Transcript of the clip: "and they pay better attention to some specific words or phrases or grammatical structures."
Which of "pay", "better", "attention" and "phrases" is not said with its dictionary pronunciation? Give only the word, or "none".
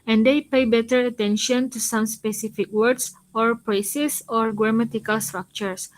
phrases